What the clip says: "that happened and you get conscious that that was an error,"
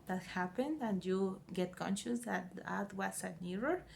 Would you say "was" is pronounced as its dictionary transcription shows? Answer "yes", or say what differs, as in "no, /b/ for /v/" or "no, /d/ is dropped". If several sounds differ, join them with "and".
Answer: no, /s/ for /z/